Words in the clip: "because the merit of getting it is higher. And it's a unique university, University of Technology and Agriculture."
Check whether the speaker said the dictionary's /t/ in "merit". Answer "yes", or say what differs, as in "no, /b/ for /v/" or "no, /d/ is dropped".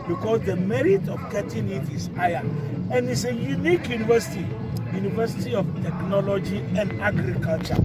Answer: yes